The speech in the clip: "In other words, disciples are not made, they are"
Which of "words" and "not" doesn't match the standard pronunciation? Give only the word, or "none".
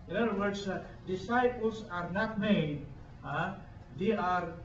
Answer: words